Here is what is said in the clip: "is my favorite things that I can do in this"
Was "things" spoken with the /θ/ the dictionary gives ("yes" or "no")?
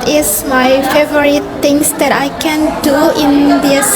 no